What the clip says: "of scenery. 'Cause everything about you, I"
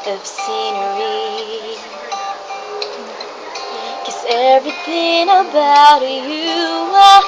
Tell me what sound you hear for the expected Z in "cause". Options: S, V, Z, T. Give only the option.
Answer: S